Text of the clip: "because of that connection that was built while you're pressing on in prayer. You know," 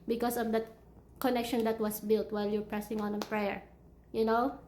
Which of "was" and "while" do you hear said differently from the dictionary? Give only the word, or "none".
was